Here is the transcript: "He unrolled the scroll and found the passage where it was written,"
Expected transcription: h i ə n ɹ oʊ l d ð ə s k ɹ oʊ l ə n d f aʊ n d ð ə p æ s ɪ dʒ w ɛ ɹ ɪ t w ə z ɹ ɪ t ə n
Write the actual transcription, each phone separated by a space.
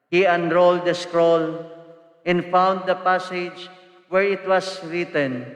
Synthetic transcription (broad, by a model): h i ə n ɹ oʊ l d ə s k ɹ oʊ l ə n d f aʊ n d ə p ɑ s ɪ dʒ w ɛ ɹ ɪ t w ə s ɹ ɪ t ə n